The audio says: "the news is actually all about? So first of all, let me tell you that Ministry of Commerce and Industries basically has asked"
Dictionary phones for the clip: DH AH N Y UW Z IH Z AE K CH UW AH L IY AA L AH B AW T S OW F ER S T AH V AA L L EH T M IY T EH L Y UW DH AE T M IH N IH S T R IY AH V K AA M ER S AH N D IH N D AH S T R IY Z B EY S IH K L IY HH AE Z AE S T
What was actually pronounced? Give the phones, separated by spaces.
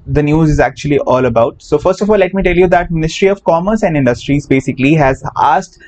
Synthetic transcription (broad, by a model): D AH N Y UW Z IH Z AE K CH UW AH L IY AA L AH B AW T S OW F ER S T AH F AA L L EH T M IY T EH L Y UW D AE T M IH N IH S T R IY AH V K AA M ER S AH N D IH N D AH S T R IY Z B EY S IH K L IY HH AE Z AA S T